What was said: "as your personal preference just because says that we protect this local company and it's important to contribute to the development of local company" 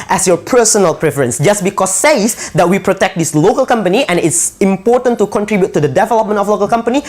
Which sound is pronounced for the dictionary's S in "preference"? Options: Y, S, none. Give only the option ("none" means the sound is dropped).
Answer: S